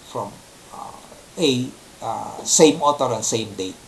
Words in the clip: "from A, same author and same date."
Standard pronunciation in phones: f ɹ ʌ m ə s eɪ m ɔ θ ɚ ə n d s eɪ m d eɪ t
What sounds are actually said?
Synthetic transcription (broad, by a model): f ɹ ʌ m ə s eɪ m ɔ t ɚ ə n s eɪ m d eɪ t